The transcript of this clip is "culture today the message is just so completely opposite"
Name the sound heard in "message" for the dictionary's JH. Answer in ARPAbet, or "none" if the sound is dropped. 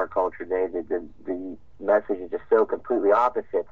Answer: JH